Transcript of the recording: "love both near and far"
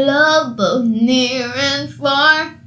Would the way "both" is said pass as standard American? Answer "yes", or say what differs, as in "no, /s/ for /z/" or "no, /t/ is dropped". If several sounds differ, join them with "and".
yes